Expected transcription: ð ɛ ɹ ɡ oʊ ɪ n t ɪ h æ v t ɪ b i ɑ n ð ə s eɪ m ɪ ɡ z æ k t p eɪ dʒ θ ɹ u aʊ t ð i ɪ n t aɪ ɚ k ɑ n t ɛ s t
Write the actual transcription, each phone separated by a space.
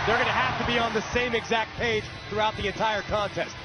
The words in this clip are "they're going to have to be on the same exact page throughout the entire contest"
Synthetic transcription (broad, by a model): ð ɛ ɹ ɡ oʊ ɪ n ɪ h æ f t ɪ b i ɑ n ð ə s eɪ m ɪ ɡ z æ k t p eɪ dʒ θ ɹ u aʊ t ð i ɪ n t aɪ ɚ k ɑ n t ɛ s t